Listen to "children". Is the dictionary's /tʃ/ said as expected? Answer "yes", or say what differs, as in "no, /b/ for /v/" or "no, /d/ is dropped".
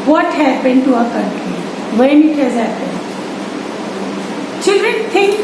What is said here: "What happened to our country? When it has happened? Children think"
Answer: yes